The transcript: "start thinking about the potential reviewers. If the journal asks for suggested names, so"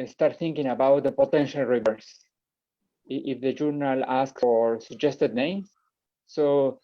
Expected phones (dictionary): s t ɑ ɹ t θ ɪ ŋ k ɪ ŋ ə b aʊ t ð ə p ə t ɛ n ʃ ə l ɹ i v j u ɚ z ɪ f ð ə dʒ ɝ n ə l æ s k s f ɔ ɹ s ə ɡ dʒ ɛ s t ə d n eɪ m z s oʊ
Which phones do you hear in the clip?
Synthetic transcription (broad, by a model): s t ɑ ɹ t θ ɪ ŋ k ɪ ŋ ə b aʊ t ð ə p ə t ɛ n ʃ ə l ɹ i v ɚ s ɪ f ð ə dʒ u n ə l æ s k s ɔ ɹ s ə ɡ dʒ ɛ s t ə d n eɪ m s oʊ